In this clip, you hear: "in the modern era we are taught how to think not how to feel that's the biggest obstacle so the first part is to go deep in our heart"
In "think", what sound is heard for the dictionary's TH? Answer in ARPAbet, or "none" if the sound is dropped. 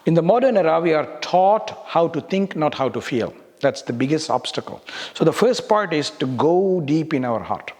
T